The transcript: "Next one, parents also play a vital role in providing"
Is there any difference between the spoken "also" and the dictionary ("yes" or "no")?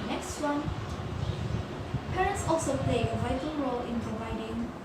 no